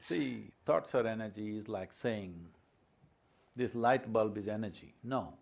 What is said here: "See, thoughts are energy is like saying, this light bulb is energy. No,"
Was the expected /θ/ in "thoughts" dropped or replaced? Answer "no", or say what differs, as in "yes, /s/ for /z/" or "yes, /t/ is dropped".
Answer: yes, /t/ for /θ/